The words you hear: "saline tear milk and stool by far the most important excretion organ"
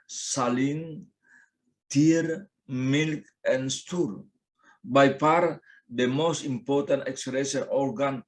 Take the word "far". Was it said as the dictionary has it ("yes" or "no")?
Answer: no